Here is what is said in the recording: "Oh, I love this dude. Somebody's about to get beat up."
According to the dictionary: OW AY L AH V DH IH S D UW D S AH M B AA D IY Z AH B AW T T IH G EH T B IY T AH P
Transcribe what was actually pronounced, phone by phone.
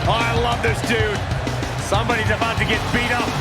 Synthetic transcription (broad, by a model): AY L AH V DH IH S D UW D S AH M B AA D IY Z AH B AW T T IH G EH T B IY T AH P